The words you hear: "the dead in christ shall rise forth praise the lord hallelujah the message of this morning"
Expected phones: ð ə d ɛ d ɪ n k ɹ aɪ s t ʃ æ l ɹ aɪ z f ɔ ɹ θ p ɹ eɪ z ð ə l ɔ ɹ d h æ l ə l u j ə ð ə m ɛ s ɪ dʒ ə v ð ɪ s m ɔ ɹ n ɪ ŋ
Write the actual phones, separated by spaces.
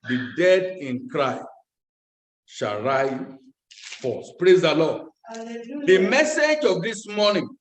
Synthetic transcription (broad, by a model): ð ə d ɛ d ɪ n k ɹ aɪ s t ʃ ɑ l ɹ aɪ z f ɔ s p ɹ eɪ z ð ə l ɔ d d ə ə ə m ɛ s ɪ dʒ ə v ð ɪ s m ɔ n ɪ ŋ